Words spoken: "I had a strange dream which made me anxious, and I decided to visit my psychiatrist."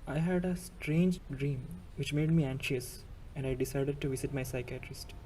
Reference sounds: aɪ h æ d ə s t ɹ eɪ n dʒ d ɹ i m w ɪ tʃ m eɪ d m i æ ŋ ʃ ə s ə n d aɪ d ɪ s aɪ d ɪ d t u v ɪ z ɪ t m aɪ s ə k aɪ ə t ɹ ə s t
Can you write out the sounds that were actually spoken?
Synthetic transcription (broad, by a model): aɪ h æ d ə s t ɹ eɪ n dʒ d ɹ i m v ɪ tʃ m eɪ d m i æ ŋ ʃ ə s ə n d aɪ d ɪ s aɪ d ɪ d t u v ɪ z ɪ t m aɪ s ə k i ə t ɹ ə s t